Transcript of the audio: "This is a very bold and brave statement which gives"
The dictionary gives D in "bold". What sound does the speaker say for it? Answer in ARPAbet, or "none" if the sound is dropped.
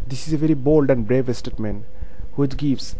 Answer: D